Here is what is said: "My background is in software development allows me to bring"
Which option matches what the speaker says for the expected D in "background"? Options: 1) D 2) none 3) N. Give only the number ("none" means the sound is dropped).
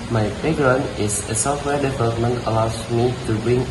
2